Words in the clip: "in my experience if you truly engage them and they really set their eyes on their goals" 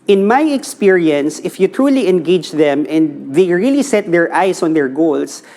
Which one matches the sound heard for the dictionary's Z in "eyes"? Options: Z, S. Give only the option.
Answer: S